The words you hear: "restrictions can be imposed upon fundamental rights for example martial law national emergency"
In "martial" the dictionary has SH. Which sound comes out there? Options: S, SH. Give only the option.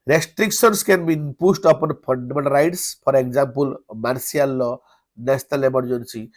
S